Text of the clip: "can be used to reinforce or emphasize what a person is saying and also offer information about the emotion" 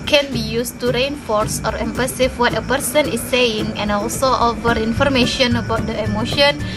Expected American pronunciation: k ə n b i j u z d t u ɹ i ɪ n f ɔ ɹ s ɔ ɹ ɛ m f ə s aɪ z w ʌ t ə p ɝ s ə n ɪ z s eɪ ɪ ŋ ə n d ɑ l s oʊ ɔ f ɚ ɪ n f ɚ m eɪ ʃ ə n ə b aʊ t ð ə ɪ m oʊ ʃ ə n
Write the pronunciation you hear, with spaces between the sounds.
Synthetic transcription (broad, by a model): k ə n b i j u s t u ɹ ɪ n f ɔ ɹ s ɔ ɹ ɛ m p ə s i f w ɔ t ə p ɝ s ə n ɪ s eɪ ɪ ŋ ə n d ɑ l s oʊ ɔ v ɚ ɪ n f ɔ m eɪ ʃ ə n ə b aʊ t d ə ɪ m oʊ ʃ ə n